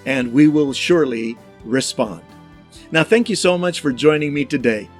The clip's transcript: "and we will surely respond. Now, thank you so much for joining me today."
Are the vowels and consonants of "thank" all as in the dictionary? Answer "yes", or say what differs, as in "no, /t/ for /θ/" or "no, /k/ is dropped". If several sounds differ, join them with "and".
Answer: yes